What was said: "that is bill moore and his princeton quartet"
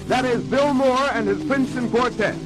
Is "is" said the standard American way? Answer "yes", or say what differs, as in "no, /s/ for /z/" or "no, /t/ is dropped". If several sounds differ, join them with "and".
yes